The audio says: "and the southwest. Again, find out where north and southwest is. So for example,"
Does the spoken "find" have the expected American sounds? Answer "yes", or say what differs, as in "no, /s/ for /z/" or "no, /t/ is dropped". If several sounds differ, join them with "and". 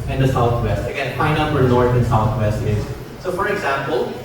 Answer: no, /d/ is dropped